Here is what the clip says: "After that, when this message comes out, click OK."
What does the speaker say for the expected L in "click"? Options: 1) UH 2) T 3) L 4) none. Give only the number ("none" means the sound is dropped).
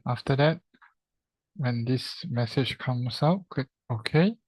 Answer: 4